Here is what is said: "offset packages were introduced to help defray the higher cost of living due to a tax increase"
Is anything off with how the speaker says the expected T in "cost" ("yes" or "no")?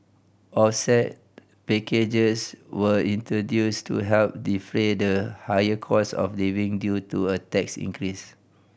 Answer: yes